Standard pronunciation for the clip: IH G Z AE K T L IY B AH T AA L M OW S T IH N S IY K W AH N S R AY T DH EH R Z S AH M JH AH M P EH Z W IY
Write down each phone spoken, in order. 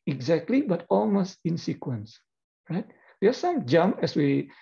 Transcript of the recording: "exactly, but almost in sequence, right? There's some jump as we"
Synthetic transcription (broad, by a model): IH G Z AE K T L IY B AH T AA L M OW S T IH N S IY K W AH N S R AY T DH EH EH S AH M JH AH M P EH S W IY